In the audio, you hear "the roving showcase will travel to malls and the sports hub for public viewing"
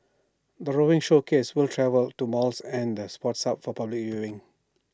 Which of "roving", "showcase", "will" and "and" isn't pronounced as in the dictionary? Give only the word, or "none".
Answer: roving